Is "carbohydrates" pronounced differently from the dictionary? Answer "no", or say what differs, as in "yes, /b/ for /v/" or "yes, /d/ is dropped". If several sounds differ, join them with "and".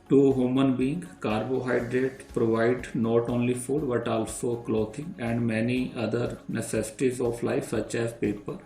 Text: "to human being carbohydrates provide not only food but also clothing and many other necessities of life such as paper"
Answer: yes, /s/ is dropped